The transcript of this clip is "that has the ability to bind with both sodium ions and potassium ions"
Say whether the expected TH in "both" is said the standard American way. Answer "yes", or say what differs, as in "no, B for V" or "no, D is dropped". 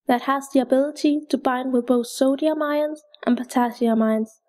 yes